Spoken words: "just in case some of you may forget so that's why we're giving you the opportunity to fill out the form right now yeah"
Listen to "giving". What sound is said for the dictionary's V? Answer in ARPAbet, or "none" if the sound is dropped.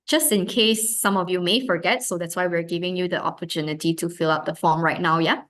V